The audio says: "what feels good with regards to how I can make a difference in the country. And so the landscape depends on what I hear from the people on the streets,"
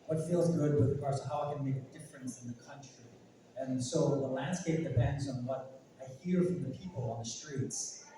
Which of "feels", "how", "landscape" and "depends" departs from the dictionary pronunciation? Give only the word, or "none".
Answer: none